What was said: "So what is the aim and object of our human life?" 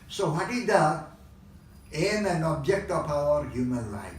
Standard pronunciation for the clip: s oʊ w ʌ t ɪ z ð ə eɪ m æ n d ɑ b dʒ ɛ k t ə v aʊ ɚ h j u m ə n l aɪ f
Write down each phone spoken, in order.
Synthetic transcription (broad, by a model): s oʊ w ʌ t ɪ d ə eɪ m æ n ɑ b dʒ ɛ k t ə p aʊ ɚ h j u m ə n l aɪ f